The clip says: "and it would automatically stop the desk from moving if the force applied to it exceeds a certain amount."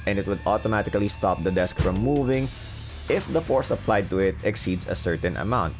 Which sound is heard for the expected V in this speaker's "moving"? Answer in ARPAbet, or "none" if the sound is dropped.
V